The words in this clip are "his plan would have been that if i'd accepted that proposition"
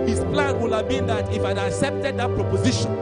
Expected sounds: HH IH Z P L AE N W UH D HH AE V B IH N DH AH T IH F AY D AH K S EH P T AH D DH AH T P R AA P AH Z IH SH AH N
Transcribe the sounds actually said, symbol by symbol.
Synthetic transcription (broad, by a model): HH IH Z P L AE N W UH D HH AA V B IH N DH AH T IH F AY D AH K S EH P T AH D DH AH T P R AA P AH Z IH SH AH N